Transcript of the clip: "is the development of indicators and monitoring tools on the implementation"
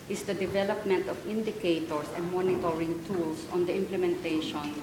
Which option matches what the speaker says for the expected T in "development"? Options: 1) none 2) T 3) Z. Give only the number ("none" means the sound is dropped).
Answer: 2